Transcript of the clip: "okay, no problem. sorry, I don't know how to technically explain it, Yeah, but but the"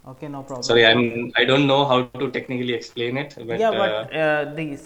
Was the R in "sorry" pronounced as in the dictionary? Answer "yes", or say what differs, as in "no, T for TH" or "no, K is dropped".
no, R is dropped